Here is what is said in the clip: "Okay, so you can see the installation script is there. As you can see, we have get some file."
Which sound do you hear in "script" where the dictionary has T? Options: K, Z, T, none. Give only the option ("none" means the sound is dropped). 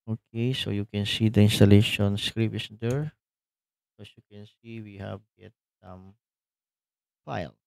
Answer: none